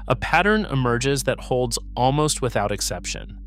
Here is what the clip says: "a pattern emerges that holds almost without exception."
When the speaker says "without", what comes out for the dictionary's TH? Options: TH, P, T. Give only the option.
TH